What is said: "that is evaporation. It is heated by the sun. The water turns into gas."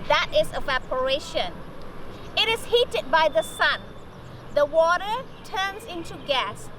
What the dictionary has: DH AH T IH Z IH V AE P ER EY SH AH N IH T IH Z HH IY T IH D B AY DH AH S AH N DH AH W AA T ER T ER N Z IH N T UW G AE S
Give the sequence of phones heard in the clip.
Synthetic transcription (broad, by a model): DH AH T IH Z IH V AE P ER EY SH AH N IH T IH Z HH IY T IH D B AY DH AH S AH N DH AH W AA T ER T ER N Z IH N T UW G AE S